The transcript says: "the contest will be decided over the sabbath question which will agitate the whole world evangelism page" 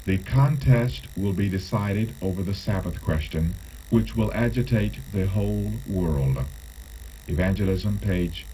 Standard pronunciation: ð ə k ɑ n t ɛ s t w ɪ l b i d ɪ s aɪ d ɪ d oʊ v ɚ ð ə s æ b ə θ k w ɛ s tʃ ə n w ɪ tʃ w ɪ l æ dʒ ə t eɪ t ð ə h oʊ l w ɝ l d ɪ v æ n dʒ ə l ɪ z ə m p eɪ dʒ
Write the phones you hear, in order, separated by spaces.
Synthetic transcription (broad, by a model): ð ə k ɑ n t ɛ s t w ɪ l b i d ɪ s aɪ d ɪ d oʊ v ɚ ð ə s æ b ə θ k w ɛ s tʃ ə n w ɪ tʃ w ɪ l æ dʒ ə t eɪ t ð ə h oʊ l w ɝ l d ɪ v æ n dʒ ə l ɪ z ə m p eɪ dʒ